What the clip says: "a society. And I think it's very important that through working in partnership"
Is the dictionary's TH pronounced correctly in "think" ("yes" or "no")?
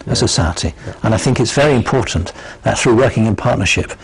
yes